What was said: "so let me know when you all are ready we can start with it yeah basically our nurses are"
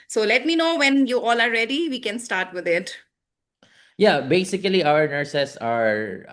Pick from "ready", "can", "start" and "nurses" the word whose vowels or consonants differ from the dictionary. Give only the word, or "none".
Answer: nurses